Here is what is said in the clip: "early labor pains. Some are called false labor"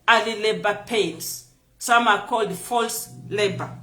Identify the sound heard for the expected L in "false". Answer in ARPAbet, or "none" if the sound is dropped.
L